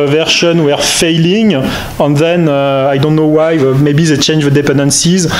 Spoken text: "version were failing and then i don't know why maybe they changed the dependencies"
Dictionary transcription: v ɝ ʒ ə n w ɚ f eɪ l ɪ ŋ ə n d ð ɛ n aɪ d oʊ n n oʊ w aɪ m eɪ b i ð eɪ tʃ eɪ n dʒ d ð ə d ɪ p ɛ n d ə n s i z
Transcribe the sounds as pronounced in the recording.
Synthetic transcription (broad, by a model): v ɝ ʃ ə n w ɚ f eɪ l ɪ ŋ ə n ð ɛ n aɪ d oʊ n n oʊ w aɪ m eɪ b i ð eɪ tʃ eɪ n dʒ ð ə d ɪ p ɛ n d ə n s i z